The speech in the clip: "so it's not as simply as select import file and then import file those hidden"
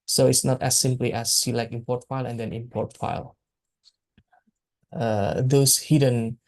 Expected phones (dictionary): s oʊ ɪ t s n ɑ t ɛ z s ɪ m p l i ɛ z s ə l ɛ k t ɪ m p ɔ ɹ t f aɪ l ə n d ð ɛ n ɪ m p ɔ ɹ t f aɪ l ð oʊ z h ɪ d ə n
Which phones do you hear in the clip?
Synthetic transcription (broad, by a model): s oʊ ɪ t s n ɑ t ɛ s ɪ m p l i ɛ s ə l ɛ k ɪ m p ɔ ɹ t f aɪ l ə n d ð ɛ n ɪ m p ɔ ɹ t f aɪ l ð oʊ s h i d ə n